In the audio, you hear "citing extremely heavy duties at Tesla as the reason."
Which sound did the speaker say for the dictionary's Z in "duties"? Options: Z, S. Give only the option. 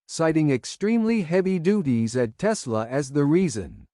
Z